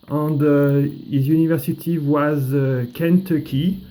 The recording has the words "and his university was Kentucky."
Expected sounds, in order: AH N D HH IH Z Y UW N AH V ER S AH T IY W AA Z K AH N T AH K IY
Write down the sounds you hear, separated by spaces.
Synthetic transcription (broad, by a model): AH N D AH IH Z Y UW N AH V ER S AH T IY W AA Z K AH N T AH K IY